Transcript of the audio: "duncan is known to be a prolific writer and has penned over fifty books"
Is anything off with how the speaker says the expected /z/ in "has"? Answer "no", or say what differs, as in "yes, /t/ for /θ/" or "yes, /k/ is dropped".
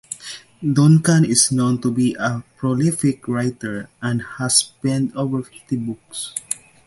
yes, /s/ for /z/